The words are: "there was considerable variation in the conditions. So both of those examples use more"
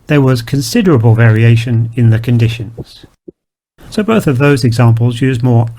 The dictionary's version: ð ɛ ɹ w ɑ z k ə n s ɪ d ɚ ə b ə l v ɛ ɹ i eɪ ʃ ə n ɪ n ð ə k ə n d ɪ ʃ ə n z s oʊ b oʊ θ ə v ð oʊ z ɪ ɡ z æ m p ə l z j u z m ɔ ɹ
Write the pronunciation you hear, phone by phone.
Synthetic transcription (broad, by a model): ð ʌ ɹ w ɑ z k ə n s ɪ d ɚ ə b ə l v ɛ ɹ i eɪ ʃ ə n ɪ n ð ə k ə n d ɪ ʃ ə n z s oʊ b oʊ θ ə v ð oʊ z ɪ ɡ z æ m p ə l z j u z m ɔ ɹ